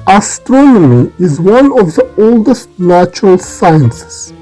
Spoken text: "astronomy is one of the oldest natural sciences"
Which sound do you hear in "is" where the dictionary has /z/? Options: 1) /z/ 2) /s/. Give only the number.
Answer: 1